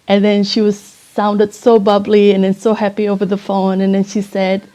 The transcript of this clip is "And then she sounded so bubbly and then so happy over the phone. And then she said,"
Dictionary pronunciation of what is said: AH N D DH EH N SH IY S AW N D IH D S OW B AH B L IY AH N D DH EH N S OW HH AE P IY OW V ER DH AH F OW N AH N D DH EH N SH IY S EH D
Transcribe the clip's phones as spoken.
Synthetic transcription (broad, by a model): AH N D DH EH N SH IY S AW N D IH D S OW B AH B L IY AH N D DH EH N S OW HH AE P IY OW V ER DH AH F OW N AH N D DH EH N SH IY S EH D